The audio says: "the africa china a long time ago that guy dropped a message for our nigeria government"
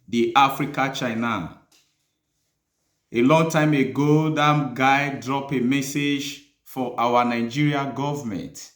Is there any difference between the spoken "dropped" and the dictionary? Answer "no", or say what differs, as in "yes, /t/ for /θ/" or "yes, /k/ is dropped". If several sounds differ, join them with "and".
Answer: yes, /t/ is dropped